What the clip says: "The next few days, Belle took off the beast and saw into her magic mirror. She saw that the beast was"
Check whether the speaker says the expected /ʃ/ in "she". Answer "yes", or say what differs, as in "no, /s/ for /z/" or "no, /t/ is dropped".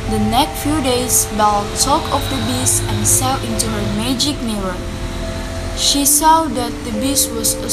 yes